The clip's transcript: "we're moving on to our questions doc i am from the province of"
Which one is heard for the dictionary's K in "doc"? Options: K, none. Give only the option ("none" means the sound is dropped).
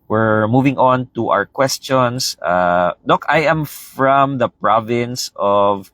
K